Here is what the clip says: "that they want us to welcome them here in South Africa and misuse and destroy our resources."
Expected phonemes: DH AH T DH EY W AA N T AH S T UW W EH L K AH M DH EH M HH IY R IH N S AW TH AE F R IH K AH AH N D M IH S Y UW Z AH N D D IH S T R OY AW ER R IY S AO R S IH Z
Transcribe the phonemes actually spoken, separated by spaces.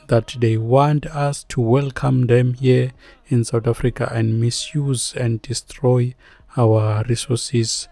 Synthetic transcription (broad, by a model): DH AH T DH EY W AA N T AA S T UW W EH L K AH M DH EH M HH IY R IH N S AW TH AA F R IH K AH AH N D M IH S Y UW Z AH N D D IH S T R OY AW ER R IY S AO S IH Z